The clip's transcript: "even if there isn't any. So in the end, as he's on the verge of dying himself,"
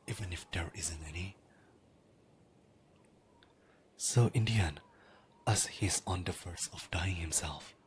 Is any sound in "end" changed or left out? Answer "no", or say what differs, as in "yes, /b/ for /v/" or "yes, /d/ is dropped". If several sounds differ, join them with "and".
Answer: yes, /d/ is dropped